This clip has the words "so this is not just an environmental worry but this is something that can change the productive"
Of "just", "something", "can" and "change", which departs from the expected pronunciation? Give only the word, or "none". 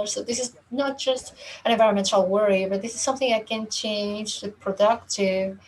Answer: none